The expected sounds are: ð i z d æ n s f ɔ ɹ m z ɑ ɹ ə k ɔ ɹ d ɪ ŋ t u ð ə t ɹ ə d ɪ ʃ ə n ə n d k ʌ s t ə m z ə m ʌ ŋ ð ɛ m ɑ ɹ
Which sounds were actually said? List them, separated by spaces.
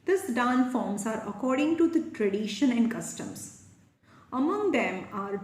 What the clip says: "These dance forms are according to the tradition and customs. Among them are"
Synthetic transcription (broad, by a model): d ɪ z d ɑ n f ɔ ɹ m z ɑ ɹ ə k ɔ ɹ d ɪ ŋ t u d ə t ɹ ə d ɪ ʃ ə n ə n d k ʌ s t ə m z ə m ʌ ŋ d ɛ m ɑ ɹ